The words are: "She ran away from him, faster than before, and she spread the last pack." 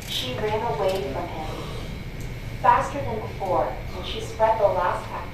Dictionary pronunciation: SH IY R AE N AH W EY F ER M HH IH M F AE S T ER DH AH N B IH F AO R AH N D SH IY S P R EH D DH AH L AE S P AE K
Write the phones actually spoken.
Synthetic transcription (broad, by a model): SH IY R AE N AH W EY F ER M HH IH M F AE S T ER DH AH N B IH F AO R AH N SH IY S P R EH D DH AH L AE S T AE